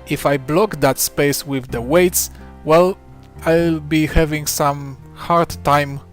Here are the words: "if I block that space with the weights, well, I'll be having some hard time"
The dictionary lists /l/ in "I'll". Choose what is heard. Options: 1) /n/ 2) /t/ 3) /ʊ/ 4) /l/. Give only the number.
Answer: 4